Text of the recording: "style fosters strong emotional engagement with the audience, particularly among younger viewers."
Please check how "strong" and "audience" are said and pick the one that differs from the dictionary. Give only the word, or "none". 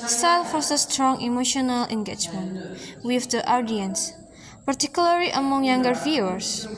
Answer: none